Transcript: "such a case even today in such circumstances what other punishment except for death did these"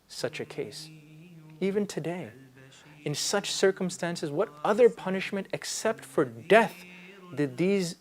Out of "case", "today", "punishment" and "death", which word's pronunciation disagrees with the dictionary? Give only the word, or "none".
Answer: none